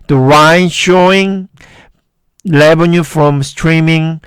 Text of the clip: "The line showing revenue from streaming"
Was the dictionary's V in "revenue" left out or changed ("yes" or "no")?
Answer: yes